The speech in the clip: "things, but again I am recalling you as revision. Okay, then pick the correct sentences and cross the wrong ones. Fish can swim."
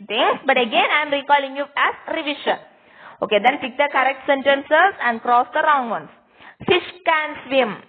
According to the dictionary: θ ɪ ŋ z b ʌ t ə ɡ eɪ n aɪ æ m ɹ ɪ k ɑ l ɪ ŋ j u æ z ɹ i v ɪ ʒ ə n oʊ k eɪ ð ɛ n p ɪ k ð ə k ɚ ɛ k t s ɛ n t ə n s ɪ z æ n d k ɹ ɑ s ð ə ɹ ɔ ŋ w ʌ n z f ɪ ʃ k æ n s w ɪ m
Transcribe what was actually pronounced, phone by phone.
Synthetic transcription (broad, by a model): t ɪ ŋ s b ʌ t ə ɡ eɪ n aɪ m ɹ ɪ k ɑ l ɪ ŋ j u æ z ɹ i v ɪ ʃ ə n oʊ k eɪ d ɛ n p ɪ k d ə k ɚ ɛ k t s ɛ n t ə n s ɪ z æ n d k ɹ ɑ s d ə ɹ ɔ ŋ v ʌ n s f ɪ ʃ k æ n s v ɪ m